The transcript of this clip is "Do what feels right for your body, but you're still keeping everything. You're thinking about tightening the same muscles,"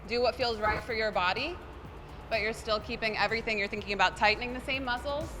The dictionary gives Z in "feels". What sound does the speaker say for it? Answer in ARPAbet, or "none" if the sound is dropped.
Z